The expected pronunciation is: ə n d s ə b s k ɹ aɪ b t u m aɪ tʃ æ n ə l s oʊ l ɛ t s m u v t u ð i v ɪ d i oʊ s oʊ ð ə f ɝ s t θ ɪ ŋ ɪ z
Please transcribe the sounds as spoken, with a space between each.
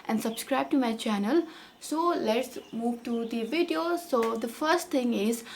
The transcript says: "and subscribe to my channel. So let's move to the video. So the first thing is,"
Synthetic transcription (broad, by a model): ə n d s ə b s k ɹ aɪ b t u m aɪ tʃ æ n ə l s oʊ l ɛ t s m u v t u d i v ɪ d i oʊ s oʊ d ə f ɝ s t t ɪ ŋ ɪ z